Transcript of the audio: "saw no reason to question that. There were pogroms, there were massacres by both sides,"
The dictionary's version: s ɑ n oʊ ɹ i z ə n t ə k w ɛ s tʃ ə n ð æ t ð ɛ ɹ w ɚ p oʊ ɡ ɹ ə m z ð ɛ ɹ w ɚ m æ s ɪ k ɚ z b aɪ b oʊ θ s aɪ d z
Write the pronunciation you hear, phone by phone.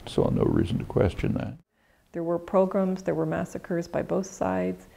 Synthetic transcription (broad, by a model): s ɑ n oʊ ɹ i z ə n t ə k w ɛ s tʃ ə n ð æ t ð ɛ ɹ w ɚ p oʊ ɡ ɹ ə m z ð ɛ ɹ w ɚ m æ s ɪ k ɚ z b aɪ b oʊ θ s aɪ d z